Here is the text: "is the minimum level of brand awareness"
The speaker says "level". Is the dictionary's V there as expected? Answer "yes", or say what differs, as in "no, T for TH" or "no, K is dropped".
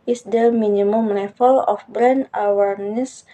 no, F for V